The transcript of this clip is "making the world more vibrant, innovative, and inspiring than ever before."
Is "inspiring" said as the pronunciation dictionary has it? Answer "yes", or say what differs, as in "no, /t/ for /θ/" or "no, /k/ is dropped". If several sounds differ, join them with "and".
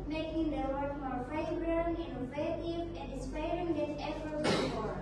no, /n/ is dropped